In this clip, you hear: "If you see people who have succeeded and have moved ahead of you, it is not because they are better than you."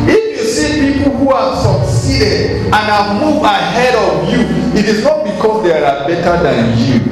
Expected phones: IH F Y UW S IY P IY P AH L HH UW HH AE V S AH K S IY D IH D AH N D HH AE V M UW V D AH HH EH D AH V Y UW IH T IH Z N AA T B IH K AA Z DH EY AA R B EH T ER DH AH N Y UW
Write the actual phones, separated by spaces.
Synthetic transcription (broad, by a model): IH F Y UW S IY P IY P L HH UW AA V S AH K S IY D IH D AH N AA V M UW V AH HH EH D AH V Y UW IH T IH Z N AA T B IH K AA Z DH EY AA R B EH T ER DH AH N Y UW